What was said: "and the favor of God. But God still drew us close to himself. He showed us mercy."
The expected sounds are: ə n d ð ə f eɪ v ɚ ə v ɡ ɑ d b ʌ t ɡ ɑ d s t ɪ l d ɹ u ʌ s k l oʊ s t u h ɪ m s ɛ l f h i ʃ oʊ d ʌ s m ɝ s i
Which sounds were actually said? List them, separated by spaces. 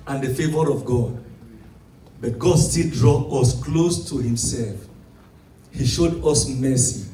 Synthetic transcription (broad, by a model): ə n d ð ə f eɪ v ɚ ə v ɡ ɑ d b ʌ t ɡ ɑ d s t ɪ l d ɹ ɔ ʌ s k l oʊ s t u h ɪ m s ɛ l f h i ʃ oʊ d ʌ s m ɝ s i